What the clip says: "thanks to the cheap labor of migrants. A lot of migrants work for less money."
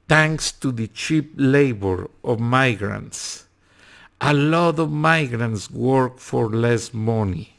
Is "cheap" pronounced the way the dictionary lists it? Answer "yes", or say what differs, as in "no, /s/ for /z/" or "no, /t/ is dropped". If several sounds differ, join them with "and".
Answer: yes